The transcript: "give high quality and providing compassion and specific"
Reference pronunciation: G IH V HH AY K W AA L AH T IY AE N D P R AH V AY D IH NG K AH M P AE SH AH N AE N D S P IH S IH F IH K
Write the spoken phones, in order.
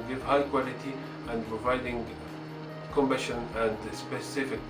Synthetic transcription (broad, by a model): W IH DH HH AY K W AA L AH T IY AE N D P R AH V AY D IH NG K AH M B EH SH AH N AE N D S P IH S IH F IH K